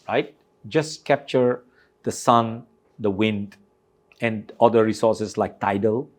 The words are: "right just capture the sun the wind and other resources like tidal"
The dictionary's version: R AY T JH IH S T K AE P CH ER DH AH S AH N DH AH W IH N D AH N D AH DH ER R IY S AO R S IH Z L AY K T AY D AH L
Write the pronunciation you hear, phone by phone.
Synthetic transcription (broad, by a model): R AY T JH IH S K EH P CH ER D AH S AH N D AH W IH N D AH N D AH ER R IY S AO S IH S L AY K T AY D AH L